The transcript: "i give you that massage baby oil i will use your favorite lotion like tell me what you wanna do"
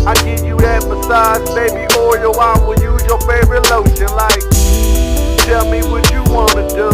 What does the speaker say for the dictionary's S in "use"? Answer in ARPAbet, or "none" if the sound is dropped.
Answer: none